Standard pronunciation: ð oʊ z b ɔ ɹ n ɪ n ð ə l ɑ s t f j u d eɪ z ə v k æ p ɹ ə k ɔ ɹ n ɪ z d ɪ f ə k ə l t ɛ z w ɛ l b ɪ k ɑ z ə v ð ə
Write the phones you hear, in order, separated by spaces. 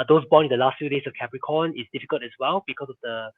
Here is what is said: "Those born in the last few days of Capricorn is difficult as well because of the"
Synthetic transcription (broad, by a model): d oʊ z b ɔ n ɪ n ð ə l ɑ s t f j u d eɪ s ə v k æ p ɹ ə k ɔ n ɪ s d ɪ f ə k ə l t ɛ s w ɛ l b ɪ k ɑ s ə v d ə